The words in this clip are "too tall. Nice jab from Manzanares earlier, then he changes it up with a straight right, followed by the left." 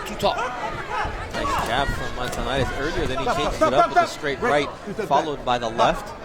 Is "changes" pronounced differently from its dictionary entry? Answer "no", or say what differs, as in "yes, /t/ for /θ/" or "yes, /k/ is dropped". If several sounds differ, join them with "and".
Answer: yes, /z/ is dropped